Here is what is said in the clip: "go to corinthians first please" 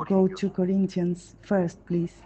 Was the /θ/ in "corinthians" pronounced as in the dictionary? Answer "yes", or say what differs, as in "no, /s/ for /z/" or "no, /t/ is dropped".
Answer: no, /t/ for /θ/